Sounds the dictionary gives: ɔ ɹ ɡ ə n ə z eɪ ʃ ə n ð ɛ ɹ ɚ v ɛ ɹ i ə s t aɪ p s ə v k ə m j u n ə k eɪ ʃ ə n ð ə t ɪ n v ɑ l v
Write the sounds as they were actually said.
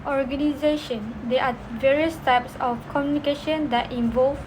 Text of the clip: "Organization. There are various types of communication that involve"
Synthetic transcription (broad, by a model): ɔ ɹ ɡ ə n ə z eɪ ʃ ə n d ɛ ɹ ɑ v ɛ ɹ i ə s t aɪ p s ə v k ə m j u n ə k eɪ ʃ ə n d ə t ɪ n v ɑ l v